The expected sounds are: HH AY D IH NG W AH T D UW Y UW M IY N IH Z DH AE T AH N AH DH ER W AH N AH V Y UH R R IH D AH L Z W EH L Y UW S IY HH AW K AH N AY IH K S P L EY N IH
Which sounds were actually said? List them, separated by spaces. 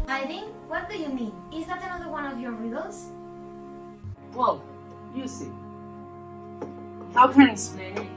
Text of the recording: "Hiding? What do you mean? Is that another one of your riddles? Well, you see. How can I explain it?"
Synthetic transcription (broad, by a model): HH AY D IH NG W AH T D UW Y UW M IY N IH Z DH AE T AH N AH DH ER W AH N AH V Y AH R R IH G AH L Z W EH L Y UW S IY HH AW K AH N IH S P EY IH